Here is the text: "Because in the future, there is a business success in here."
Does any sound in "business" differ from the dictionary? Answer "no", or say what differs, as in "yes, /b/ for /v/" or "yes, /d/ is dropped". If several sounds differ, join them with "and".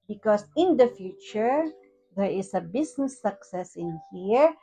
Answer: yes, /s/ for /z/